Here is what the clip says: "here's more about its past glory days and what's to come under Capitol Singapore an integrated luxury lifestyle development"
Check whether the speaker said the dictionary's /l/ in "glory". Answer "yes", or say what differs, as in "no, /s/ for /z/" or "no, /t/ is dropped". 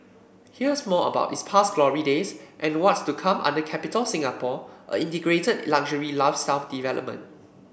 yes